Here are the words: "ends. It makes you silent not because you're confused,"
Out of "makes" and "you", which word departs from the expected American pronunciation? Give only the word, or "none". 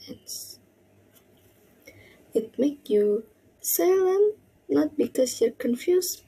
makes